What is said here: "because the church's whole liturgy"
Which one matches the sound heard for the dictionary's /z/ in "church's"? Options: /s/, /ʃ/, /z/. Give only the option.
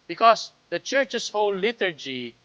/s/